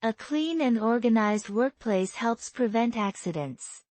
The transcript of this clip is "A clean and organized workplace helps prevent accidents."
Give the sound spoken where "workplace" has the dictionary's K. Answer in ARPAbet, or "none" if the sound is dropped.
K